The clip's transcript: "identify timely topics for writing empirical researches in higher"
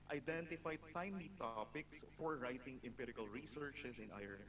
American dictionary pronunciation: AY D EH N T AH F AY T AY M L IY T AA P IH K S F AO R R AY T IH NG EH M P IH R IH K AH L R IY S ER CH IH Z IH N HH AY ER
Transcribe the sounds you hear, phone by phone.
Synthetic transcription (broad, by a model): AY D EH N T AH F AY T AY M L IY T AA P IH K S F AO R R AY T IH NG EH M P IH R IH K AH L R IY S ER CH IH S IH N AY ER